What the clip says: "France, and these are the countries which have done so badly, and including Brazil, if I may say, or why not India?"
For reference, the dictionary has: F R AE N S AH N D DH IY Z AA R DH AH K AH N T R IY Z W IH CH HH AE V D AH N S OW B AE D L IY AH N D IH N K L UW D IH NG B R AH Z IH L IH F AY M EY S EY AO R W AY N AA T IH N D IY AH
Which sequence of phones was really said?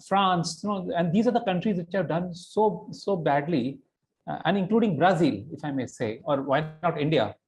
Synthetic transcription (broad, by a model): F R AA N S AH N D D IY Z AA R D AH K AH N T R IY Z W IH CH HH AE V D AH N S OW B AE D L IY AH N D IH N K L UW D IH NG B R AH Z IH L IH F AY M EY S EY AO R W AY N AA T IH N D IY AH